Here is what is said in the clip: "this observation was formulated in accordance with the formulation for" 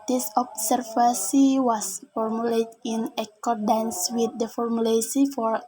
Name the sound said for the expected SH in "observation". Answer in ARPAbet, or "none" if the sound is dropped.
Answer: S